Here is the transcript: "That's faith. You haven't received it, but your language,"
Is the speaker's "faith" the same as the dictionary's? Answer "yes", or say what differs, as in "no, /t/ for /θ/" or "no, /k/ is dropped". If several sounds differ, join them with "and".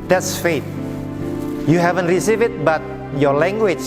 no, /t/ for /θ/